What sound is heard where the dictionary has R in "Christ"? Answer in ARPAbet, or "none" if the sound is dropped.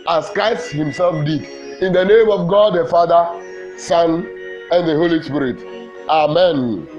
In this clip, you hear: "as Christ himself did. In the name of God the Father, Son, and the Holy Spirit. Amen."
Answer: none